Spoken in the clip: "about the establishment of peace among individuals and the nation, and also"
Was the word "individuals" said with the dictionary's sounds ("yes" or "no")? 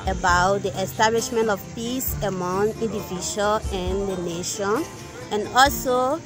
no